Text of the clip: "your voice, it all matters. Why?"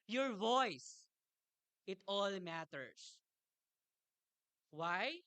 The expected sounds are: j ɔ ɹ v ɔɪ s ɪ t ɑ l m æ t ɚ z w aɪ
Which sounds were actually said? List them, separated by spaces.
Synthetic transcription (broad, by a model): j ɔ ɹ v ɔɪ s ɪ t ɑ l m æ t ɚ s w aɪ